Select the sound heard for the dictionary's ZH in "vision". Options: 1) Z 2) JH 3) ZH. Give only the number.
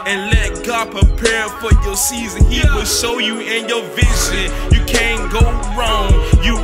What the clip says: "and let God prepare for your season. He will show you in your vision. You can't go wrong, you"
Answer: 1